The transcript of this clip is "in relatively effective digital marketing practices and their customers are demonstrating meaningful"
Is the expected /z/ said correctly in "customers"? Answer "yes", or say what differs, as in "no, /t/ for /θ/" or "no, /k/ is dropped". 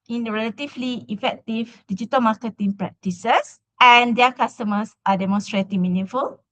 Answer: no, /s/ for /z/